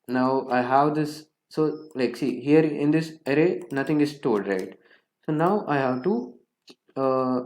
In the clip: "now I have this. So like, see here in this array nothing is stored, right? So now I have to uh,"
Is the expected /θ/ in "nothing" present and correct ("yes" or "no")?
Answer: no